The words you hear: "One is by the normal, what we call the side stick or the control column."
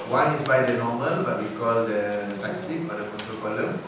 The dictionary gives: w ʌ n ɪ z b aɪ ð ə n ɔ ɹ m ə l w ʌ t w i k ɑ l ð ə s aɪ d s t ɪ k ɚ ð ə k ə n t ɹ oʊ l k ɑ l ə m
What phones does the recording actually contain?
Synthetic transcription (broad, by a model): w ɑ n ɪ s b aɪ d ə n ɔ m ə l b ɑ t w i k ɑ l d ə s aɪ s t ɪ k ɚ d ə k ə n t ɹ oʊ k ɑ l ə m